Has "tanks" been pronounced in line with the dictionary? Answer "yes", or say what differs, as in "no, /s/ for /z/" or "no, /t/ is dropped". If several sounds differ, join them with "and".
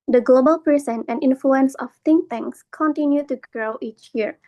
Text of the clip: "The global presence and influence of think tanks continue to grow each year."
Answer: no, /k/ is dropped